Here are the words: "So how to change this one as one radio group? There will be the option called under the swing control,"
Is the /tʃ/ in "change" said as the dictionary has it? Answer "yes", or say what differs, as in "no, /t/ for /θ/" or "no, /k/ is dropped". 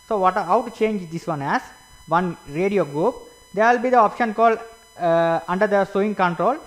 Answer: yes